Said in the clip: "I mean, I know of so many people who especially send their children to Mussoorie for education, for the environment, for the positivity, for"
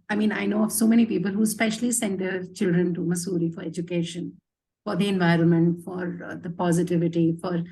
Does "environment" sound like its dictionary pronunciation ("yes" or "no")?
yes